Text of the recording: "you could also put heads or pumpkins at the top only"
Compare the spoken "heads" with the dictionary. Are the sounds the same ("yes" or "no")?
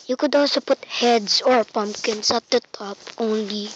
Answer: no